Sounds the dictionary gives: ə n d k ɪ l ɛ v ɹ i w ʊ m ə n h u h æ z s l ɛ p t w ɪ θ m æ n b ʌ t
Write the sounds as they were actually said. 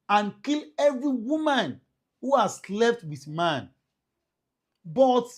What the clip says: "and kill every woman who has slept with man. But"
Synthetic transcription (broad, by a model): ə n k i l ɛ v ɹ i w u m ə n h u h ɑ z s l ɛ f t w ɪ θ m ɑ n b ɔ t